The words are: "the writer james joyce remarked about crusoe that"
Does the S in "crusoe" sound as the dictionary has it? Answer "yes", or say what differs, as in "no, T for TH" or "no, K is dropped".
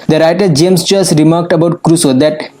yes